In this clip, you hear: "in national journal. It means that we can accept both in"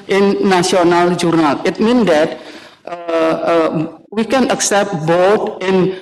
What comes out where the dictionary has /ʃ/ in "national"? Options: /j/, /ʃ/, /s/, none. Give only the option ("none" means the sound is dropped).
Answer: none